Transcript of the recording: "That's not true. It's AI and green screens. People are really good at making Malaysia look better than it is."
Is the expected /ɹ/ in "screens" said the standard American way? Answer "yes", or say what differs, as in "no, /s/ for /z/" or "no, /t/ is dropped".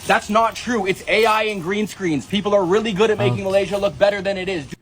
yes